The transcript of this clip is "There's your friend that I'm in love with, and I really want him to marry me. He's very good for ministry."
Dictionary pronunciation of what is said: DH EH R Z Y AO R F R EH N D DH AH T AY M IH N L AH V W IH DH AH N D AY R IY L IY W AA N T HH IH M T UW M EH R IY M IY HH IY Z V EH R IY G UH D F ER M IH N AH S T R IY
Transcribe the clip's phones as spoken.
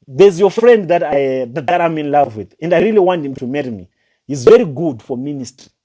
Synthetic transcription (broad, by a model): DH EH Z Y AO F R EH N D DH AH T AY M IH N L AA V W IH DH AH N D AY R IY L IY W AA N T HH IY M T UW M EH R IY M IY HH IY Z V EH R IY G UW D F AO M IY N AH S T R IY